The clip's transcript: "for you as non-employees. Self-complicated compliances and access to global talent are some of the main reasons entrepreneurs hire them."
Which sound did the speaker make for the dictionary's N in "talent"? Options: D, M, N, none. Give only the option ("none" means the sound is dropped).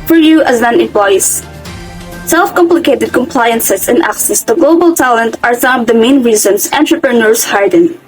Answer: N